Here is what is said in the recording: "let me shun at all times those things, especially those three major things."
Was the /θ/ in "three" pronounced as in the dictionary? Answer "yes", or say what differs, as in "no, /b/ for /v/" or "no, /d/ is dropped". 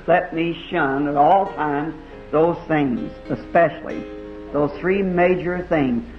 yes